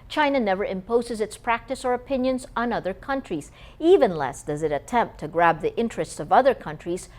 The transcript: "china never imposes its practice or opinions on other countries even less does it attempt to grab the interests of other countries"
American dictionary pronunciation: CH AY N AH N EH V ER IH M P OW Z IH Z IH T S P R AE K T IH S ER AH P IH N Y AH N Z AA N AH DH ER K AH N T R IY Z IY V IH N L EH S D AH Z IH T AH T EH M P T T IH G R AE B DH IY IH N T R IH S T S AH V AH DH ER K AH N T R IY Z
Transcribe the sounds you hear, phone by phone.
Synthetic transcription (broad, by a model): CH AY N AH N EH V ER IH M P OW Z IH Z IH T S P R AE K T IH S ER AH P IH N Y AH N Z N AH DH ER K AH N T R IY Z IY V IH N L EH S D AH Z IH T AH T EH M P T T IH G R AE B DH IY IH N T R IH S T S AH V AH DH ER K AH N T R IY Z